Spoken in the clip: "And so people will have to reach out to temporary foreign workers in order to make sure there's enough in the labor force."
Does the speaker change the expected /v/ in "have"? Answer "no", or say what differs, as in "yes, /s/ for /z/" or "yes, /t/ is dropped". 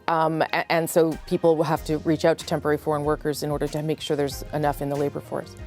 yes, /f/ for /v/